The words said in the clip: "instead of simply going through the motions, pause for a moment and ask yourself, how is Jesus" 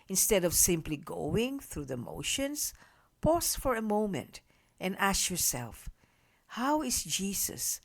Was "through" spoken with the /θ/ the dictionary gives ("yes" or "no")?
yes